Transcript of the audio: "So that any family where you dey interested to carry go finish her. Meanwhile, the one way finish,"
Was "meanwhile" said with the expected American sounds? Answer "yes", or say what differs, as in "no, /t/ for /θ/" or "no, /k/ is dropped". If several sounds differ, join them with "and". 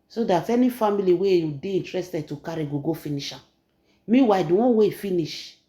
no, /n/ is dropped